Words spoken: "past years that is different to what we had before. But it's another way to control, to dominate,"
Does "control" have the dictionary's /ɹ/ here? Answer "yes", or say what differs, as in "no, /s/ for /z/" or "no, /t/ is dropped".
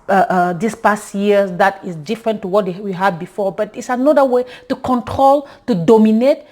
yes